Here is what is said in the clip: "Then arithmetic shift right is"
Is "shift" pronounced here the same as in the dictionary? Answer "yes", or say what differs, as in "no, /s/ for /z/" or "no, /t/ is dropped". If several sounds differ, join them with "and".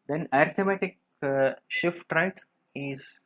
yes